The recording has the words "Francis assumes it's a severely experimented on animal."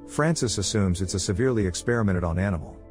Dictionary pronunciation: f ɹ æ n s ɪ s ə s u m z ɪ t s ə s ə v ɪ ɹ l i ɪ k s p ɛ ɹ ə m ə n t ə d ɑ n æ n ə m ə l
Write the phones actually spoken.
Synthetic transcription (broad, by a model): f ɹ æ n s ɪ s ə s u m z ɪ t s ə s ə v ɪ ɹ l i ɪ k s p ɛ ɹ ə m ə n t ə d n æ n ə m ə l